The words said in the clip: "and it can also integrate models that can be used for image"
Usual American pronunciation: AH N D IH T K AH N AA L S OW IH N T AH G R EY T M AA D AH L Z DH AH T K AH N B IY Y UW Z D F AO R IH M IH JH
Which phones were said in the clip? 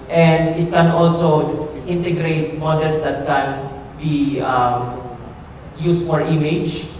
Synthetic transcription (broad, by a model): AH N D IH T K AH N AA L S OW IH N T AH G R EY T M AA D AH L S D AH T K AH N B IY Y UW S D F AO R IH M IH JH